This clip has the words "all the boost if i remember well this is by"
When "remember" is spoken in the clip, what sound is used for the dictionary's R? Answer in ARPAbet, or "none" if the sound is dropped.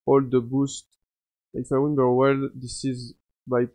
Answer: W